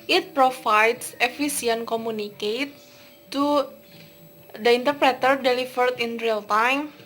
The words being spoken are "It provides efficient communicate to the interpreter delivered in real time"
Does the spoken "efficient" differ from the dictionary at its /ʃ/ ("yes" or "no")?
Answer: yes